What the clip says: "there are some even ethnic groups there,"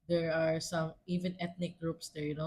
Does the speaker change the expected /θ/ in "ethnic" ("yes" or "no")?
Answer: yes